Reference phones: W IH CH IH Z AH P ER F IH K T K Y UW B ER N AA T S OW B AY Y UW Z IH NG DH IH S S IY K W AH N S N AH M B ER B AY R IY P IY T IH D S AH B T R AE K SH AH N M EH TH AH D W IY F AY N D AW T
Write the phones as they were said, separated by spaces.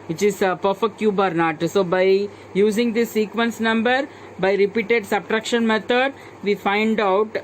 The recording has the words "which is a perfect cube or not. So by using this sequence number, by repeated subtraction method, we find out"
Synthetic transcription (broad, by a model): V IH CH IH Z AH P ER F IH K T K Y UW B ER N AA T S OW B AY Y UW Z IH NG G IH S S IY K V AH N S N AH M B ER B AY R IY P IY T IH D S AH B T R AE K SH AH N M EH T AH D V IY F AY N D AW T